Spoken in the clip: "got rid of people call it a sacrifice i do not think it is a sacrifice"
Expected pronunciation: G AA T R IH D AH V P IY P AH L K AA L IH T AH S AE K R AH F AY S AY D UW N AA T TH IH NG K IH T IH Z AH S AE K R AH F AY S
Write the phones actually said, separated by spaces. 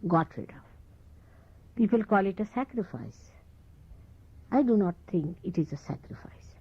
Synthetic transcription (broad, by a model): G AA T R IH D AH P IY P AH L K AA L IH T AH S AE K R AH F AY S AY D UW N AA T T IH NG K IH T IH Z AH S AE K R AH F AY S